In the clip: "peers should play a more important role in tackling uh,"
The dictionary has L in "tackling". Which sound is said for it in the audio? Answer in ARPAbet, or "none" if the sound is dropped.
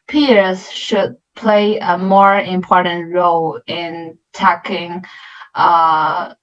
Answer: none